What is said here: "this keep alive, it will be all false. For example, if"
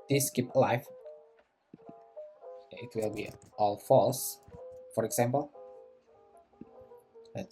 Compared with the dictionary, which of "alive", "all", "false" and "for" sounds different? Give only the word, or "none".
alive